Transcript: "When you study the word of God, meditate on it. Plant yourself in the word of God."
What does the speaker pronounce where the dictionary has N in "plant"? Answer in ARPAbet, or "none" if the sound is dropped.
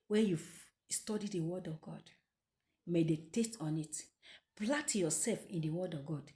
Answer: none